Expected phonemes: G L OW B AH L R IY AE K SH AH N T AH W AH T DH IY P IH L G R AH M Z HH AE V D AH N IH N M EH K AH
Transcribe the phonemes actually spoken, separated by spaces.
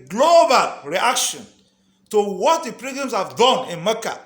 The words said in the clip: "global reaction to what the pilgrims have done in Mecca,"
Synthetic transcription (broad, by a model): G L OW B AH L R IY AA K SH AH N T AH W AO T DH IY P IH G AH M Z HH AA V D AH N IH N M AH K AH